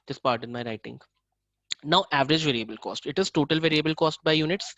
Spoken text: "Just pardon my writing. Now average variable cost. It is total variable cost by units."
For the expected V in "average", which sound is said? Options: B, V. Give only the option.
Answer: V